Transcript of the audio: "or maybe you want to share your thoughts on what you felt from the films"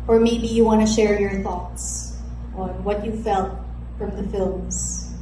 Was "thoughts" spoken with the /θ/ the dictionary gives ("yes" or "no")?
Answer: yes